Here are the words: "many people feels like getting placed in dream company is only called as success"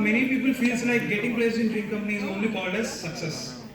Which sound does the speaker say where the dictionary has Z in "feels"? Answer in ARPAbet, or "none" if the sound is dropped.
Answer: S